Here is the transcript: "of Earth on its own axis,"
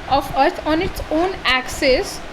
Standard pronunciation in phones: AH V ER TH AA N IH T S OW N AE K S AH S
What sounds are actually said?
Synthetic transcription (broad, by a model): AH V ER T AA N IH T S OW N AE K S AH S